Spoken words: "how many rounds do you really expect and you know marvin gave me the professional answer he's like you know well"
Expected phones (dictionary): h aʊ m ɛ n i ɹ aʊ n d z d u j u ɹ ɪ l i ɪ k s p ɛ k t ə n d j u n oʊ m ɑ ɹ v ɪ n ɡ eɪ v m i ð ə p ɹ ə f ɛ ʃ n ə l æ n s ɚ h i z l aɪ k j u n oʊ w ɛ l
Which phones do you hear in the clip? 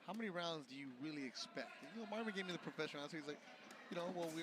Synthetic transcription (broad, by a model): h aʊ m ɛ n i ɹ aʊ n d z d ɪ j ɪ ɹ ɪ l i ɪ k s p ɛ k t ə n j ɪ n oʊ m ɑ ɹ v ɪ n ɡ eɪ v m i ð ə p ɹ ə f ɛ ʃ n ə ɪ s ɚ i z l aɪ k j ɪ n oʊ w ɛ l